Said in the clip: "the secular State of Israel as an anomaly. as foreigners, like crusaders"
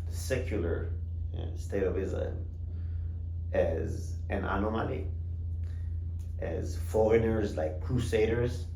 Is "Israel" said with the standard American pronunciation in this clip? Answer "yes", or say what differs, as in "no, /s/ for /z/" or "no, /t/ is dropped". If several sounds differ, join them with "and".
no, /l/ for /ɹ/ and /n/ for /l/